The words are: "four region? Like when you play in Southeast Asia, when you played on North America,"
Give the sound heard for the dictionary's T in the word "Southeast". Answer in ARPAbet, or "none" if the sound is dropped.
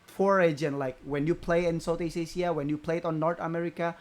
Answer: none